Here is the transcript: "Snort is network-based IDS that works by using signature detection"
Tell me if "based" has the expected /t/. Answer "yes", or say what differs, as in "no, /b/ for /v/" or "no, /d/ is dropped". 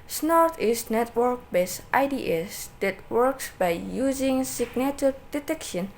yes